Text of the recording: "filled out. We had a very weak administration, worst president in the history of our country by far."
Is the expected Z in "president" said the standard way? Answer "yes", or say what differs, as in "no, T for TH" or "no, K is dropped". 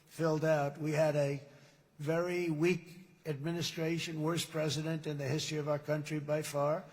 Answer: yes